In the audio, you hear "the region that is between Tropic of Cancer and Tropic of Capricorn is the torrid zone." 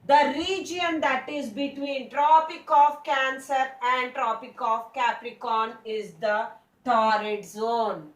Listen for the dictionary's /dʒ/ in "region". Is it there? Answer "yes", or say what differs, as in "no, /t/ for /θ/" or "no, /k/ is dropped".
yes